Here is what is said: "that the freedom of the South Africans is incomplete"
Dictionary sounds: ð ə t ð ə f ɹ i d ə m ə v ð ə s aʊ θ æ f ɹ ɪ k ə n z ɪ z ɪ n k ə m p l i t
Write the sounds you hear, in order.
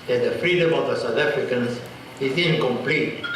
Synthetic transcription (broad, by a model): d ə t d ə f ɹ i d ə m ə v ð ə s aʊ t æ f ɹ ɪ k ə n s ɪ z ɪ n k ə m p l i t